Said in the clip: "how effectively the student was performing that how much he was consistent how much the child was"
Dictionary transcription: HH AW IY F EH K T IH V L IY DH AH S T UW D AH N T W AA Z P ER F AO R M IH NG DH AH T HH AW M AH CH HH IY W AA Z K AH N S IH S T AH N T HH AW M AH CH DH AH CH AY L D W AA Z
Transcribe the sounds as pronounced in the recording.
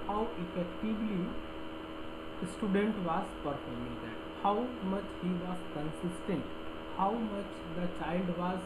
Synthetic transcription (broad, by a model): HH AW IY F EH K T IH B L IY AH S T UW D AH N T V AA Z P ER F AO R M IH NG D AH T HH AW M AH CH HH IY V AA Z K AH N S IH S T AH N T HH AW M AH CH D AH CH AY L D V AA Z